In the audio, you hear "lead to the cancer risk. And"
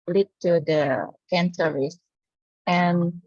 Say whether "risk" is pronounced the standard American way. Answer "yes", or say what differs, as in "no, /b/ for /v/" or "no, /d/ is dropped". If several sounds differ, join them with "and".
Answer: no, /k/ is dropped